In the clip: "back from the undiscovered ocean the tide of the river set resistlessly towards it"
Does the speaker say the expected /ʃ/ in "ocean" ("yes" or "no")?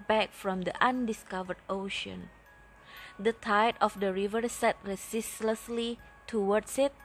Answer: yes